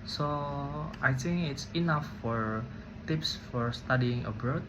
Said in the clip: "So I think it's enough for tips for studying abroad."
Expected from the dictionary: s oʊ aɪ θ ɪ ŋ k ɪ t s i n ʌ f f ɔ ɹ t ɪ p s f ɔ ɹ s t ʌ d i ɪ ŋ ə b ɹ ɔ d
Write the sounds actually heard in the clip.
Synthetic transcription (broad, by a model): s oʊ aɪ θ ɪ ŋ k ɪ t s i n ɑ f f ɔ ɹ t ɪ p s f ɔ ɹ s t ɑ d i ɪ ŋ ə b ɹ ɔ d